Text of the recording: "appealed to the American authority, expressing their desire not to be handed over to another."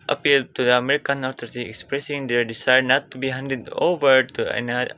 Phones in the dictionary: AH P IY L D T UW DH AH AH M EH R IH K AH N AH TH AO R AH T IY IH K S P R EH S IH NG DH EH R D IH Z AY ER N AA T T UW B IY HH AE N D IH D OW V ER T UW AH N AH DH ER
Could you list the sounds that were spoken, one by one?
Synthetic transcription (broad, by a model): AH P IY L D T UW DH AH AH M EH R IH K AH N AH T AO R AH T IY IH K S P R EH S IH NG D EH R D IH S AY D N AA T T UW B IY HH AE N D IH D OW V ER T UW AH N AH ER